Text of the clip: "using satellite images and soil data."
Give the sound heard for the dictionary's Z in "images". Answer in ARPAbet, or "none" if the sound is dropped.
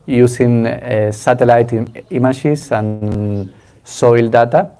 S